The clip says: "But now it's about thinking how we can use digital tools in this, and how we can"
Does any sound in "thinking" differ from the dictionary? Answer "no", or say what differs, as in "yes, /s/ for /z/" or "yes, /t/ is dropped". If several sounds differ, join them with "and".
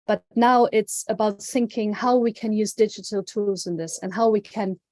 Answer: no